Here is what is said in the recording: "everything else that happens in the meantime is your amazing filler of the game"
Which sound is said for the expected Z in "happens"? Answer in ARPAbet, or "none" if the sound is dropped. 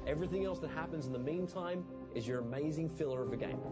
Z